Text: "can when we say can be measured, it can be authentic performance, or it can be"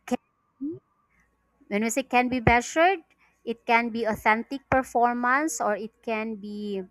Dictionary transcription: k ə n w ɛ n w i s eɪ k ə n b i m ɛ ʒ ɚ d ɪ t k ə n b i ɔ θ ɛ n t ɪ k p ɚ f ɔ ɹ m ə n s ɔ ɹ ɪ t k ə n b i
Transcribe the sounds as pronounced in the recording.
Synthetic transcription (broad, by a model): k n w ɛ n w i s eɪ k ə n b i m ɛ ʃ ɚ d ɪ t k ə n b i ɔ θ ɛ n t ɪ k p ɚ f ɔ ɹ m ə n s ɔ ɹ ɪ t k ə n b i